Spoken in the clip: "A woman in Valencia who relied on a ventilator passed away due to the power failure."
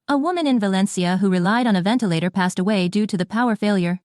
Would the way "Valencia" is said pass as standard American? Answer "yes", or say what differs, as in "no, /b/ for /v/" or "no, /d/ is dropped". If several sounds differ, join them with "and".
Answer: yes